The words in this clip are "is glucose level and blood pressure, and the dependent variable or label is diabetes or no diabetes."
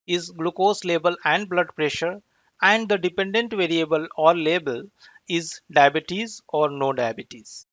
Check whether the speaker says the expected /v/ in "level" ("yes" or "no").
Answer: no